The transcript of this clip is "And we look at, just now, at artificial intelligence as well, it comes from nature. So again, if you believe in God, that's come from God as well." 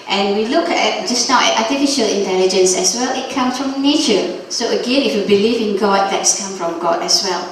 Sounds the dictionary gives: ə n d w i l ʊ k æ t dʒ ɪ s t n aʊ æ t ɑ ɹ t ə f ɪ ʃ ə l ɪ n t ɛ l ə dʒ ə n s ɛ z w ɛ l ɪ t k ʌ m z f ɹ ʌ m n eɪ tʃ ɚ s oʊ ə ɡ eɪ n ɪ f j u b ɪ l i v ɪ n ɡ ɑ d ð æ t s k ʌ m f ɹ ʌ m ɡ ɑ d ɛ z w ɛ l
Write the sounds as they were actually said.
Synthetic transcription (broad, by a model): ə n w i l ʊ k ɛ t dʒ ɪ s n aʊ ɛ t ɑ t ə f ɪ ʃ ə l ɪ n t ɛ l ə dʒ ə n s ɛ s w ɛ l ɪ t k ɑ m s f ɹ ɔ m n eɪ tʃ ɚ s oʊ ə ɡ eɪ n ɪ f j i b ɪ l i v ɪ n ɡ ɑ d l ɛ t s k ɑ m f ɹ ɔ m ɡ ɑ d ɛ s w ɛ l